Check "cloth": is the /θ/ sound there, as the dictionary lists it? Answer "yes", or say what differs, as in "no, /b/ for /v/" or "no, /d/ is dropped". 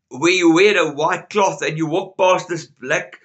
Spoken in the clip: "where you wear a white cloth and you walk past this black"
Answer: yes